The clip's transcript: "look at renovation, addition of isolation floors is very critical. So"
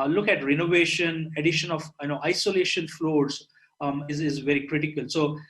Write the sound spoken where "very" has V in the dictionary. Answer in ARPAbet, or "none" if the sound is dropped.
V